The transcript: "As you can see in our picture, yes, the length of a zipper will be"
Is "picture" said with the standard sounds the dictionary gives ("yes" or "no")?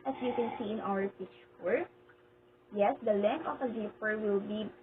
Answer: no